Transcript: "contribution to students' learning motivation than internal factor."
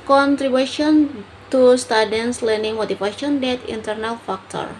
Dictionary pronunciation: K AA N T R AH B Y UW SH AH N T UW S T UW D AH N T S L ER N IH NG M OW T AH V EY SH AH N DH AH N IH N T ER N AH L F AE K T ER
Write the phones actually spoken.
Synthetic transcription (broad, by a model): K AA N T R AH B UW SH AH N T UW S T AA D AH N S L ER N IH NG M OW T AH F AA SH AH N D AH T IH N T ER N AH L F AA K T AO